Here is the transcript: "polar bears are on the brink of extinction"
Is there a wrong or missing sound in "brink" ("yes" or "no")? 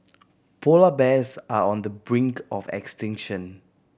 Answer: no